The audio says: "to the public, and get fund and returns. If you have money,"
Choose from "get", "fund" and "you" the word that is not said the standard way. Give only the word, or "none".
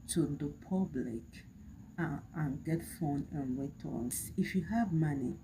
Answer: fund